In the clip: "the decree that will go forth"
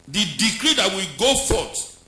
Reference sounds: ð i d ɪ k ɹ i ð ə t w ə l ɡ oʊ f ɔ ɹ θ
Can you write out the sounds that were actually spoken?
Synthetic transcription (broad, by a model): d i d ɪ k ɹ i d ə t w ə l ɡ oʊ f ɔ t